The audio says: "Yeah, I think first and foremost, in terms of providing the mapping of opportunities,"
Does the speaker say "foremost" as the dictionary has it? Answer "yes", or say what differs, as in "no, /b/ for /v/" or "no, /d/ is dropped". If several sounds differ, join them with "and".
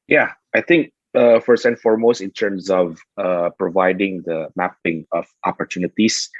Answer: yes